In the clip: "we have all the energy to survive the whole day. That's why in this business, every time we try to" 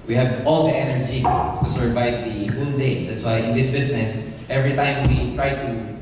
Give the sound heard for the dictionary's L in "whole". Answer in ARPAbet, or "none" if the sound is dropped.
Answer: N